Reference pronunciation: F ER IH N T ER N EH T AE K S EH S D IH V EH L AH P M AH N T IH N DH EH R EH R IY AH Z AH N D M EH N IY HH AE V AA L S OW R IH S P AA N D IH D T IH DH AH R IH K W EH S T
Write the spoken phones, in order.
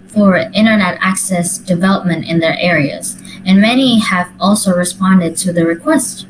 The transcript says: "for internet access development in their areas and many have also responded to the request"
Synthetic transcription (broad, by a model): F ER IH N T ER N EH T AE K S EH S D IH V EH L AH P M AH N T IH N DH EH R EH R IY AH Z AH N M EH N IY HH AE V AA L S OW R IH S P AA N D IH D T IH DH AH R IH K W EH S T